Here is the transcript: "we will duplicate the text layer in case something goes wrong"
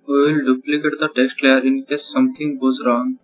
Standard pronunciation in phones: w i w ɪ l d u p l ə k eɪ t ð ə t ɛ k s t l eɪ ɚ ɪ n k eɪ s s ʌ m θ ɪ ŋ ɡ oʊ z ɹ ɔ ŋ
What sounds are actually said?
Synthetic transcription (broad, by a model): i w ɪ l d u p l ə k eɪ t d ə t ɛ k s t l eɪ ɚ ɪ n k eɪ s s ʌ m t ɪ ŋ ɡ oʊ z ɹ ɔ ŋ